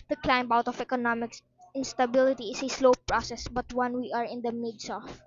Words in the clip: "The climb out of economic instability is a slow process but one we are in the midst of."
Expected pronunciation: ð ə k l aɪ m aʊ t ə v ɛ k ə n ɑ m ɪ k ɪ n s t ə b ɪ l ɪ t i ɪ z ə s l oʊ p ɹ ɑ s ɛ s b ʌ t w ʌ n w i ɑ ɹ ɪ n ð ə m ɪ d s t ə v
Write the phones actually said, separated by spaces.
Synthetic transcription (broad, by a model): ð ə k l aɪ m aʊ t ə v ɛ k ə n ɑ m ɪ k ɪ n s t ə b ɪ l ɪ t i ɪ s ə s l oʊ p ɹ ɑ s ɛ s b ʌ t w ʌ n w i ɑ ɹ ɪ n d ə m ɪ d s ə